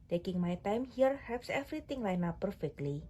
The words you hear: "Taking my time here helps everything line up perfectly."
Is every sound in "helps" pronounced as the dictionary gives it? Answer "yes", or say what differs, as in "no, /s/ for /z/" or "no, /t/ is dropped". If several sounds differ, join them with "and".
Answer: no, /l/ is dropped